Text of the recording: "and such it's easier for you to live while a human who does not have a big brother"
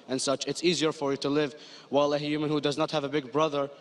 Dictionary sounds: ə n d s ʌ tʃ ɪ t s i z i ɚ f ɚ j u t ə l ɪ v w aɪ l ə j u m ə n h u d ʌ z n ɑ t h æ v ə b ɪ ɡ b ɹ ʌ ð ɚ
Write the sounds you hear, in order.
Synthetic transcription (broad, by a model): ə n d s ʌ tʃ ɪ t s i z i ɚ f ɚ j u t ə l ɪ v w aɪ l ə j u m ə n h u d ʌ z n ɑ t h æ v ə b ɪ ɡ b ɹ ʌ ð ɚ